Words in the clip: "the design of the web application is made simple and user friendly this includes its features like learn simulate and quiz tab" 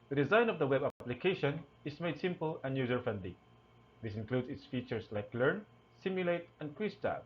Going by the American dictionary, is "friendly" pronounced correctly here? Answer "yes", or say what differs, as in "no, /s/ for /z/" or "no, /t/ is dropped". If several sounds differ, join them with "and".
no, /ɹ/ is dropped